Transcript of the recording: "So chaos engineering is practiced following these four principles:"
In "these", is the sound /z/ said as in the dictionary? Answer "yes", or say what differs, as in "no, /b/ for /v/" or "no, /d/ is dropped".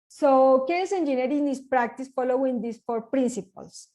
no, /s/ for /z/